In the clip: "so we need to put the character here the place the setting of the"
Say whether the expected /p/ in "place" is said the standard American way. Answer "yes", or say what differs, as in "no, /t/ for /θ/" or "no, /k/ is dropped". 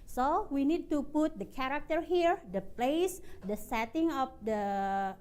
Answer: yes